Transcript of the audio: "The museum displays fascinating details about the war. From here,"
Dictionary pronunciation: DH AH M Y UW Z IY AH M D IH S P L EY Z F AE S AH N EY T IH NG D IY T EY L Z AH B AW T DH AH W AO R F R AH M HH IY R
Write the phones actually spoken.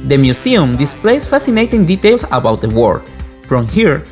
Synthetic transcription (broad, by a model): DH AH M Y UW S IY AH M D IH S P L EY S F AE S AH N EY T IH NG D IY T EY L S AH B AW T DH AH W AO R F R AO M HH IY R